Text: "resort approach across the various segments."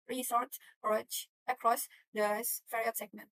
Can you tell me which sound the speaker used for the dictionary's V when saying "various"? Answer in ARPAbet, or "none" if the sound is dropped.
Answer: F